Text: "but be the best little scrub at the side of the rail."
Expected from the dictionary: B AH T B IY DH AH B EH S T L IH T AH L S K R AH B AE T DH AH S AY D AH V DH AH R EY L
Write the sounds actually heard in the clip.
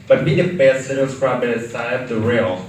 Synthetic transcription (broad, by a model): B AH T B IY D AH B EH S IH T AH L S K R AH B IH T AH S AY AH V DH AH R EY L